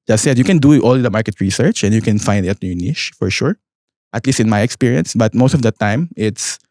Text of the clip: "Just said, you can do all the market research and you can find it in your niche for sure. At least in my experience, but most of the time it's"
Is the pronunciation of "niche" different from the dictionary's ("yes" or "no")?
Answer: yes